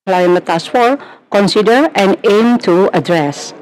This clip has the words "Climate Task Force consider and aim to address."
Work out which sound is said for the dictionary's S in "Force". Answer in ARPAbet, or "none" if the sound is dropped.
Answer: none